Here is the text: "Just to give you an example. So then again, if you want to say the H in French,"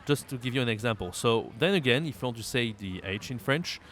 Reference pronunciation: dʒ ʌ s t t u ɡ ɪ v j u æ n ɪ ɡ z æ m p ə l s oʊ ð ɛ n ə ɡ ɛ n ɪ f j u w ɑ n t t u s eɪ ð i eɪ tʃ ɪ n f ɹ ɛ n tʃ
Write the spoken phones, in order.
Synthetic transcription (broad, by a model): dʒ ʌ s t t u ɡ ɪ v j u æ n ɪ ɡ z æ m p ə l s oʊ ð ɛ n ə ɡ ɛ n ɪ f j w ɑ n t t u s eɪ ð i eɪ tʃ ɪ n f ɹ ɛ n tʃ